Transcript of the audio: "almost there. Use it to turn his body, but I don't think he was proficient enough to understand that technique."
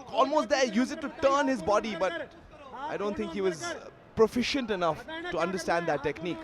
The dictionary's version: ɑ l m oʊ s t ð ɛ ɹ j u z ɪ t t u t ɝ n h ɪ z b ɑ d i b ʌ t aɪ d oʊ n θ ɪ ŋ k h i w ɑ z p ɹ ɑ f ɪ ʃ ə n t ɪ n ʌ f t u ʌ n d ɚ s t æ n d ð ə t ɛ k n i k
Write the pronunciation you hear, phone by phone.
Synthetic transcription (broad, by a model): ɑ l m oʊ s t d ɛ j u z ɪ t t u t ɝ n h ɪ z b ɑ d i b ʌ t aɪ d oʊ n t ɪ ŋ k h i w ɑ z p ɹ ɑ f ɪ ʃ ə n t ɪ n ʌ f t u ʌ n d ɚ s t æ n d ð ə t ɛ k n i k